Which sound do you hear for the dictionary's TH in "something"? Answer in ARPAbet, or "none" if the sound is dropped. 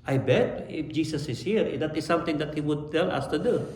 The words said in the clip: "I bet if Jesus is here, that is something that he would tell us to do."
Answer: T